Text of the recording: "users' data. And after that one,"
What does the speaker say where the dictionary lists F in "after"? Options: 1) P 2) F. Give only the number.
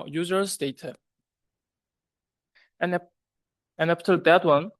1